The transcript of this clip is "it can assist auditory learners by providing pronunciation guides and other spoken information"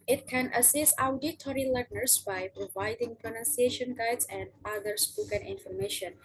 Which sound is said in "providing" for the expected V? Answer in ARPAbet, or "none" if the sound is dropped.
V